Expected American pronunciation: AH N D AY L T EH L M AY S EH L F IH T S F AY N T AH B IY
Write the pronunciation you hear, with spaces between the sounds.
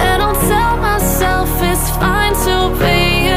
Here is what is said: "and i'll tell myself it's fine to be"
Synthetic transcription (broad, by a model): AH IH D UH N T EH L M AY S EH L F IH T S F AY N T AH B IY